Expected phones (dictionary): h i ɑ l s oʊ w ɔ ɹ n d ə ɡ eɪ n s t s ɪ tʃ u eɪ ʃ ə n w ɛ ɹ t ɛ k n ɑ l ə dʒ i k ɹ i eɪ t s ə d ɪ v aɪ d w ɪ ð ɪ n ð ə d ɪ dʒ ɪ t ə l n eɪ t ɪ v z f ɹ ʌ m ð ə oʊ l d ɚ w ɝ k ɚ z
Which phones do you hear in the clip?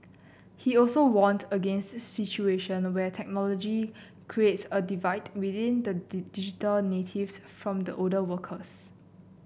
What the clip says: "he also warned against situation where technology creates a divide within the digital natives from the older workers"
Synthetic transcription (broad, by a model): h i ɑ l s oʊ w ɔ n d ə ɡ eɪ n s t s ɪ tʃ u eɪ ʃ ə n w ɛ t ɛ k n ɑ l ə dʒ i k ɹ i eɪ t s ə d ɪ v aɪ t w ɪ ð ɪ n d ə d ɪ dʒ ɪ t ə l n eɪ t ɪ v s f ɹ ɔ m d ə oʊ d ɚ w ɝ k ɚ s